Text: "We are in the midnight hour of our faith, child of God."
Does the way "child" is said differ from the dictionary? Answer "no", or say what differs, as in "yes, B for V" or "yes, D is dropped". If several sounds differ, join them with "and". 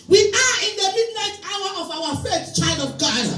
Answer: no